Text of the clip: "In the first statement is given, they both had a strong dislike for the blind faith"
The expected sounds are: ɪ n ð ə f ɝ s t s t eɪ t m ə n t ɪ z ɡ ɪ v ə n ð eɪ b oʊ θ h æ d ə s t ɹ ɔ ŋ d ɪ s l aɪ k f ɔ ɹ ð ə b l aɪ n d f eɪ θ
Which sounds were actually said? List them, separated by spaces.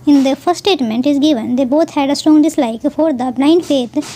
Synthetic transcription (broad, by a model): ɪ n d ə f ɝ t s t eɪ t m ə n t ɪ z ɡ ɪ v ə n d eɪ b oʊ t h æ d ə s t ɹ ɔ ŋ d ɪ s l aɪ k f ɔ ɹ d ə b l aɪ n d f eɪ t